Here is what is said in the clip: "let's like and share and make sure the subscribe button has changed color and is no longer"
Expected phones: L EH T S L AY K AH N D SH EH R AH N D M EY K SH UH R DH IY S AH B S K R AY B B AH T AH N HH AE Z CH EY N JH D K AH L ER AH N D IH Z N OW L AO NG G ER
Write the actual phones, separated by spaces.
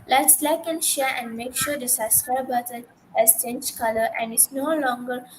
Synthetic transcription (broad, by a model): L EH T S L AY K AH N SH EH R AH N D M EY K SH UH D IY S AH S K AY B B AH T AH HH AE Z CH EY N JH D K AH L ER AH N D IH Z N OW L AO NG G ER